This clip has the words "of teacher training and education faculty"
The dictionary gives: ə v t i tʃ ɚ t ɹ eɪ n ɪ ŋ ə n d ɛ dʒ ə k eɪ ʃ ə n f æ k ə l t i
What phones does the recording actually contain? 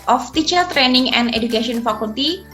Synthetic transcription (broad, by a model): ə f t i tʃ ɚ t ɹ eɪ n ɪ ŋ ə n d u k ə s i ə n f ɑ k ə l t i